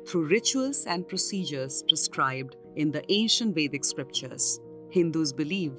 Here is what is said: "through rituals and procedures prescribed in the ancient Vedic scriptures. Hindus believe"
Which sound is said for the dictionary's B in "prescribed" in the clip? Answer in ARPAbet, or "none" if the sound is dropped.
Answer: B